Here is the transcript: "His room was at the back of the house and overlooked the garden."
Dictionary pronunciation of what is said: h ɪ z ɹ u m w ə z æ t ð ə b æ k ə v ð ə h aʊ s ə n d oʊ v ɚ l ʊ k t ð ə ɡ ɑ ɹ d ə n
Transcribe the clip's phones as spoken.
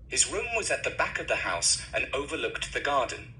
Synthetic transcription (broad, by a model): h ɪ z ɹ u m w ə z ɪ t ð ə b æ k ə v ð ə h aʊ s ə n oʊ v ɚ l ʊ k t ð ə ɡ ɑ ɹ d n